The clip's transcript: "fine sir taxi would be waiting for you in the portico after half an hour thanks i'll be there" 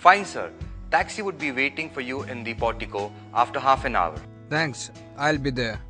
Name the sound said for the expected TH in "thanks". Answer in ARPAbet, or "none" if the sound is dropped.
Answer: T